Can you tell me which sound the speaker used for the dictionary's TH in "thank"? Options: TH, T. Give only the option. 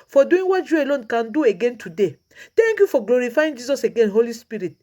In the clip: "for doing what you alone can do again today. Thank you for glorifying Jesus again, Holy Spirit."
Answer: T